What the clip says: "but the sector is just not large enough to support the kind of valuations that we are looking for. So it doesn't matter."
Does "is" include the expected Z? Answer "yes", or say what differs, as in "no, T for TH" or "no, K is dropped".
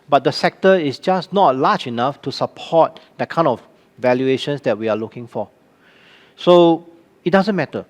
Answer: no, S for Z